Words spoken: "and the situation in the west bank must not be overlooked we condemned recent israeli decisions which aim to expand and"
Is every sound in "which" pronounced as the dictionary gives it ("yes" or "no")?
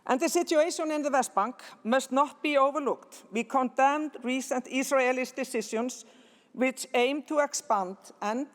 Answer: yes